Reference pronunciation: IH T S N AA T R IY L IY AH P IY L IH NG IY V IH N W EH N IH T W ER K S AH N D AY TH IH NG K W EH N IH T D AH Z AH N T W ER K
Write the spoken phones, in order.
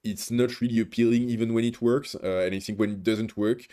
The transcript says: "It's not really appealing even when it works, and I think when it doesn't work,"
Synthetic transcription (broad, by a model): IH T S N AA T R IY L IY AH P IY L IH NG IY V IH N W EH N IH T W ER K S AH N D AY TH IH NG K W EH N IH T D AH Z AH N T W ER K